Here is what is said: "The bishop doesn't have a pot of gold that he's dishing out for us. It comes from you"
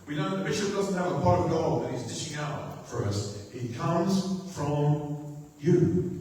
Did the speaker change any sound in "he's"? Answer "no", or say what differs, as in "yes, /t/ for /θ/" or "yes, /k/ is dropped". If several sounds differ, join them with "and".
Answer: no